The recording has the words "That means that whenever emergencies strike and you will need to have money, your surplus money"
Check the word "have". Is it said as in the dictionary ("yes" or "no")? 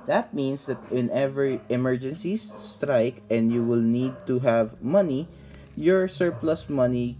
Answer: yes